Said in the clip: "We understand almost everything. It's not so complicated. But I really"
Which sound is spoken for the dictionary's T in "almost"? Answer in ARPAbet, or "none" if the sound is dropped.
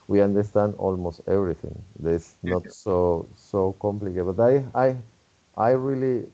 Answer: T